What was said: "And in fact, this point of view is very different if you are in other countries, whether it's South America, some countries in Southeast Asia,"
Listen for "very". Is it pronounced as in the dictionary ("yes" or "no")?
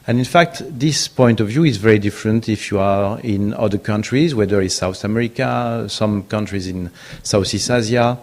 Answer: yes